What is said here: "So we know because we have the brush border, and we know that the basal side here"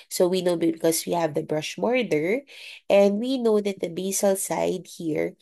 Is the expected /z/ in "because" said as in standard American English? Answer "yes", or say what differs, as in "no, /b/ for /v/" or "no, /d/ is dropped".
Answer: no, /s/ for /z/